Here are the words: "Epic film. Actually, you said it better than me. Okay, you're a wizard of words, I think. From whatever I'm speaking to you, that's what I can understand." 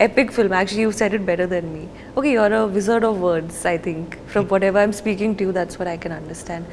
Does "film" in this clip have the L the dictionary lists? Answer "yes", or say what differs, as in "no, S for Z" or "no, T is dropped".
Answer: yes